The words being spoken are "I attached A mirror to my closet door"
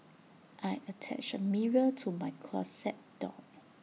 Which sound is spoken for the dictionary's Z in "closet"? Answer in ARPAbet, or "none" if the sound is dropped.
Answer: S